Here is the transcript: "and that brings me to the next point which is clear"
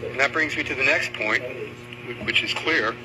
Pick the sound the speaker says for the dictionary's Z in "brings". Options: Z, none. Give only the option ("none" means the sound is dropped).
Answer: Z